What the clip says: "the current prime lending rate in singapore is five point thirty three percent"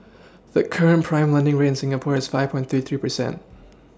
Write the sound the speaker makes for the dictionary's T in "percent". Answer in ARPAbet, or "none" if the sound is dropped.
T